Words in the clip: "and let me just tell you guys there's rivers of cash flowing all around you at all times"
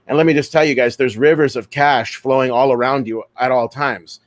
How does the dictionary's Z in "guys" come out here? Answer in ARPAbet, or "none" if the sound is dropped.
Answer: Z